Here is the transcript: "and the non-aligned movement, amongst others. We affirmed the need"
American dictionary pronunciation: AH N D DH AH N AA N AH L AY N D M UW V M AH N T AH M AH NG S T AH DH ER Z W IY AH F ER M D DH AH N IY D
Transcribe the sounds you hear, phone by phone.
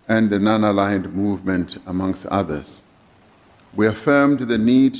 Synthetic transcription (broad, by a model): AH N DH AH N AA N AH L AY N D M UW V M AH N T AH M AH NG S T AH DH ER Z W IY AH F ER M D DH AH N IY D